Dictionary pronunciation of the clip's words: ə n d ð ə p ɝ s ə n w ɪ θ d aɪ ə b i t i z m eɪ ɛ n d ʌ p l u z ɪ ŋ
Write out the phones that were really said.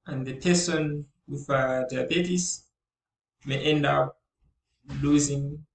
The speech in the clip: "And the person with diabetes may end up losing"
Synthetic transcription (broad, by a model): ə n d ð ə p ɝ s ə n w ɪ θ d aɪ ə b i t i s m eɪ ɛ n d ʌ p l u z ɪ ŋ